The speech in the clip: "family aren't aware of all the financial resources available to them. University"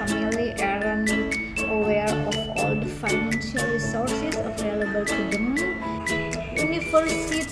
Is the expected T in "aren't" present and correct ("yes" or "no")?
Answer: no